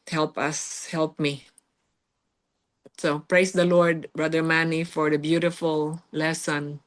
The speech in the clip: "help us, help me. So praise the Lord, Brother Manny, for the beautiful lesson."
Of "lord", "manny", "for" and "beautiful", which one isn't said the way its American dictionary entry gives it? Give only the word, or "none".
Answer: none